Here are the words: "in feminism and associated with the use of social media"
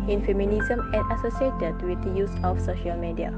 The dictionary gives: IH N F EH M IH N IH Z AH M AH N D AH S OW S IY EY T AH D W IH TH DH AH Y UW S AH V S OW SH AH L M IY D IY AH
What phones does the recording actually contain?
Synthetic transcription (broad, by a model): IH N F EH M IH N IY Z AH M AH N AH S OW S IY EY T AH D W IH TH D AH Y UW S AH F S OW SH AH L M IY D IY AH